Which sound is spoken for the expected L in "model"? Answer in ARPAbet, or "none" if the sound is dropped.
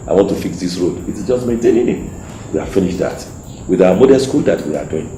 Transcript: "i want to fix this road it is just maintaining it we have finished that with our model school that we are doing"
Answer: N